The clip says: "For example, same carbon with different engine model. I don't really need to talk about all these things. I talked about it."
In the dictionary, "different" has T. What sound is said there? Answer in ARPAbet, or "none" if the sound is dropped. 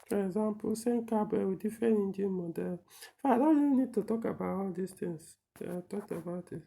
none